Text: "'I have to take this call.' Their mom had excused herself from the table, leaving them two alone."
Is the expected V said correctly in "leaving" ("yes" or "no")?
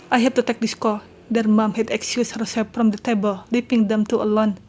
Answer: no